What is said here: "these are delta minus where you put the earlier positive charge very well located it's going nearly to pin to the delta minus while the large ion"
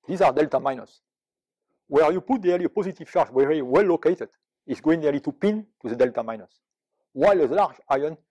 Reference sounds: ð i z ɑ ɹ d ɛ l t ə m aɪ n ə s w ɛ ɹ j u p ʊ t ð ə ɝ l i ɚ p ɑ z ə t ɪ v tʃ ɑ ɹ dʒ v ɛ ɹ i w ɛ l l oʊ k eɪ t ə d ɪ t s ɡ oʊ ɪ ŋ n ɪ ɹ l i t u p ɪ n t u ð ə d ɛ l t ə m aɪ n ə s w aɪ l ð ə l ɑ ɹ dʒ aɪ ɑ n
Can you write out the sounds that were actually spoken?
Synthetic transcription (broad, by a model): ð i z ɑ ɹ d ɛ l t ə m aɪ n ə s w ɛ ɹ j u p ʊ t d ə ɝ l i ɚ p ɑ z ə t ɪ v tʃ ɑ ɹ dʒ w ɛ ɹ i w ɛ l l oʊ k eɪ t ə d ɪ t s ɡ oʊ ɪ ŋ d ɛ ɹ l i t u p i n t u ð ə d ɛ l t ə m aɪ n ə s w aɪ l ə l ɑ ɹ dʒ aɪ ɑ n